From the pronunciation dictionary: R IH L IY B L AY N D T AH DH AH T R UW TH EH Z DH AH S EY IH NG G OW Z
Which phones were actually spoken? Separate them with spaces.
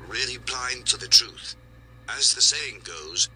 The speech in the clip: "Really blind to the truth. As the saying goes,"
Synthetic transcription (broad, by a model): R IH L IY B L AY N T AH DH AH T R UW TH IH Z DH AH S EY IH NG G OW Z